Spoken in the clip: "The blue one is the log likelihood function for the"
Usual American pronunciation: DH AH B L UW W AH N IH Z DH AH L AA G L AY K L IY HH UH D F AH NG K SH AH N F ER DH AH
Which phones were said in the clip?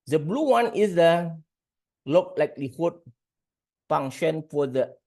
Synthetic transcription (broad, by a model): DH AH B L UW W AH N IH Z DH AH L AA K L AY K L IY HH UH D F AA NG SH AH N F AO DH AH